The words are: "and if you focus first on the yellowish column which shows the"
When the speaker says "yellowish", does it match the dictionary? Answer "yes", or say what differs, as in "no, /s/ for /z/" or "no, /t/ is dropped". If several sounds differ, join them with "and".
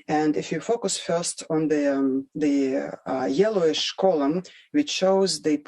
yes